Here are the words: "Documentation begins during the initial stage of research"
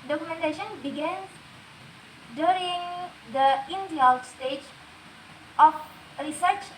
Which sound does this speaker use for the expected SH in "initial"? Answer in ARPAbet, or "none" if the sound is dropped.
none